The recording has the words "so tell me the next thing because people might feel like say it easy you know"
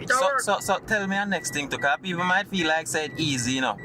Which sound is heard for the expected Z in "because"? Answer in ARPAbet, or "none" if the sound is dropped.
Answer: none